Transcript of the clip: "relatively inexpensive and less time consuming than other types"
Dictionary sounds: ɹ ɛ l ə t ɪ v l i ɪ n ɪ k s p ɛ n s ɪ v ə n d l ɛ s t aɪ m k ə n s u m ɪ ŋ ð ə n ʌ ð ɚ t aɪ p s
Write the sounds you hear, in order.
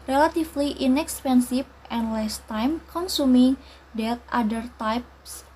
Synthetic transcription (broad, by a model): ɹ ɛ l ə t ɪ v l i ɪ n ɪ k s p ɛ n s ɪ f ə n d l ɛ s t aɪ m k ə n s u m ɪ ŋ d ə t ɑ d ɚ t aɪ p s